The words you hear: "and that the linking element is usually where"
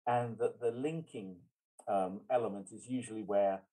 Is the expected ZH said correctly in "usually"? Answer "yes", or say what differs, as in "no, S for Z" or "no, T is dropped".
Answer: yes